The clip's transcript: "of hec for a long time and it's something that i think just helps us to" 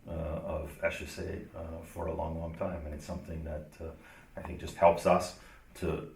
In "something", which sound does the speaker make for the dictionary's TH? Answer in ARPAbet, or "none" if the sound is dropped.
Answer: TH